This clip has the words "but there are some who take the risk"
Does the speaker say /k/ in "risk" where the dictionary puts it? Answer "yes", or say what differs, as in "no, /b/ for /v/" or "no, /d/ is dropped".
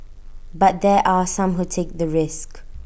yes